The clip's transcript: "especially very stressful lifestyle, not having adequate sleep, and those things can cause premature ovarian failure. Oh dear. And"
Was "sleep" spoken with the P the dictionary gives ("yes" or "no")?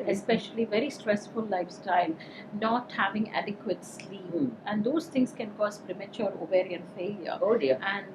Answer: no